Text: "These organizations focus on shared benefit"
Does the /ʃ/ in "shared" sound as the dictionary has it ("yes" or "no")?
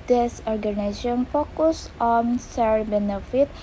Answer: no